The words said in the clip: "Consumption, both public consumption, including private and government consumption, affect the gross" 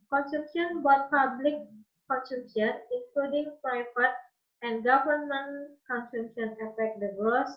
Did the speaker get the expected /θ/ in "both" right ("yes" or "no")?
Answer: no